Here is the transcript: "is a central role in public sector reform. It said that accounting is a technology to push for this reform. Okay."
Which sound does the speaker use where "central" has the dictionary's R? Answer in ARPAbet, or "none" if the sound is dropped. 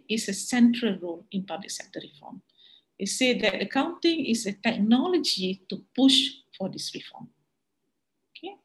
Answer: R